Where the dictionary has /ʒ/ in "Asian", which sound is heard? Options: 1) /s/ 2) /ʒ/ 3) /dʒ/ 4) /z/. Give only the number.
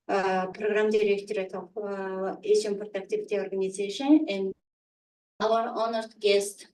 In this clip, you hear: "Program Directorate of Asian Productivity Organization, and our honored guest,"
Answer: 1